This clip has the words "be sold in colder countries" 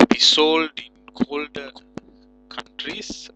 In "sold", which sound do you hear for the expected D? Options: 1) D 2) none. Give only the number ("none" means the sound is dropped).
1